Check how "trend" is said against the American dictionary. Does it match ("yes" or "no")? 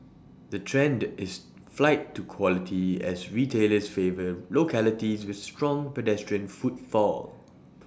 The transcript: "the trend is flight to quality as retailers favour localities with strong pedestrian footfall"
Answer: yes